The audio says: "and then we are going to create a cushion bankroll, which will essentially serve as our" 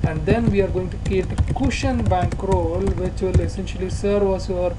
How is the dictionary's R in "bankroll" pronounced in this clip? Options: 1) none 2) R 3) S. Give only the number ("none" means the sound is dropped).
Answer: 2